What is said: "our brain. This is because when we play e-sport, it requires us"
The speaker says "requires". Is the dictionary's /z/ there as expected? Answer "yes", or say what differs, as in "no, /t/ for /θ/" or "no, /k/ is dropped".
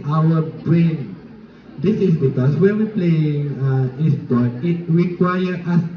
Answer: no, /z/ is dropped